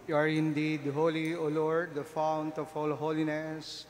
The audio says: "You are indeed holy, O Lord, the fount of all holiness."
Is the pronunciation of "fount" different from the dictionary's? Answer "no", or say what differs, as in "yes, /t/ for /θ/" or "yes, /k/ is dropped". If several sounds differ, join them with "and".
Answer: no